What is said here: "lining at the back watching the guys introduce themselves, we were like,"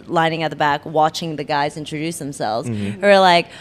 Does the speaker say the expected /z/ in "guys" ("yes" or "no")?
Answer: yes